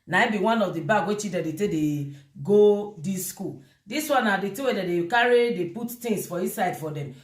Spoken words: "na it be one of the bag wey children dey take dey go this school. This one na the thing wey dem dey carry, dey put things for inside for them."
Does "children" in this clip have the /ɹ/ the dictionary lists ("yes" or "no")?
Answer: no